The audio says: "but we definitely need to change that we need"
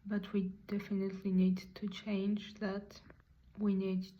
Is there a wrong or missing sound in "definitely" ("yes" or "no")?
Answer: no